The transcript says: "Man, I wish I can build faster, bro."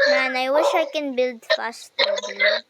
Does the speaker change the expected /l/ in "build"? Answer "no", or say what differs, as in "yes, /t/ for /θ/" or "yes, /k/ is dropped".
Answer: no